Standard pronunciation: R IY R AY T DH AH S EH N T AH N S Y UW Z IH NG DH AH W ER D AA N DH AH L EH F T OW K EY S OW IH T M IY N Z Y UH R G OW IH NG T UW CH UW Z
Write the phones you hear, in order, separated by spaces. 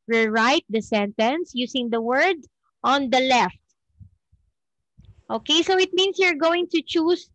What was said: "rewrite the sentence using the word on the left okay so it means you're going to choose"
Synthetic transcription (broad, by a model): R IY R AY T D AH S EH N T AH N S Y UW S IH NG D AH W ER D AA N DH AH L EH F T OW K EY S OW IH T M IY N S Y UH R G OW IH NG T UW CH UW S